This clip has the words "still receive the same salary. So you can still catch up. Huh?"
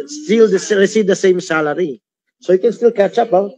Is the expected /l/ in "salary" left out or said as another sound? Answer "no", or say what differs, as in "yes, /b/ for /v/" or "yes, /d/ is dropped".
no